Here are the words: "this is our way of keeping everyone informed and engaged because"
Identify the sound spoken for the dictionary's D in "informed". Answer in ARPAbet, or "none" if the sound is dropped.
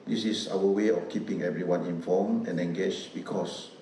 none